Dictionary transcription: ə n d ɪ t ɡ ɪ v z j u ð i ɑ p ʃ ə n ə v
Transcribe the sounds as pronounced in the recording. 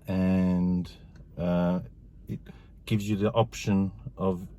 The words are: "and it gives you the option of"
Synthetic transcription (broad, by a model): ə n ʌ ɪ t ɡ ɪ v z j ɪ ð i ɑ p ʃ ə n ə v